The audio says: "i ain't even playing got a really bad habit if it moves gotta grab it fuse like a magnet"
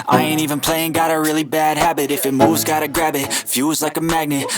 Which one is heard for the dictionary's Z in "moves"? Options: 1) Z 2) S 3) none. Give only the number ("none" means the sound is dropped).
1